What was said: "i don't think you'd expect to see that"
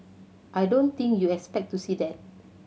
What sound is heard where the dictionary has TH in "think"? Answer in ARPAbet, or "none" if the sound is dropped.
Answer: T